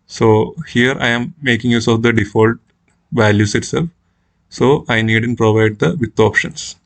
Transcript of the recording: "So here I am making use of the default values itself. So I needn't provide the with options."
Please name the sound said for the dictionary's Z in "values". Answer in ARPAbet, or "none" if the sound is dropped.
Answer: S